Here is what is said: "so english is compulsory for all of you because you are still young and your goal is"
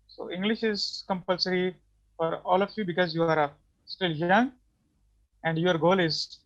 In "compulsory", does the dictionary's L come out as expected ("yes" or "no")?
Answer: yes